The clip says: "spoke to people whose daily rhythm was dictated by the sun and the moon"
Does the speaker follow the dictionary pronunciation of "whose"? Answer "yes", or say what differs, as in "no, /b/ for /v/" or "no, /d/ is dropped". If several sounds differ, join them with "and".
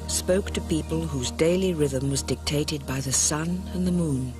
yes